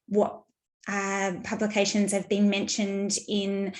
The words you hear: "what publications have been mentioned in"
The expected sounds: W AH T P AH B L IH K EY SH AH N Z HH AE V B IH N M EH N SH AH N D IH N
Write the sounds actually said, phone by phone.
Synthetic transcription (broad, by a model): W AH T P AH B L IH K EY SH AH N Z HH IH V B IH N M EH N SH AH N D IH N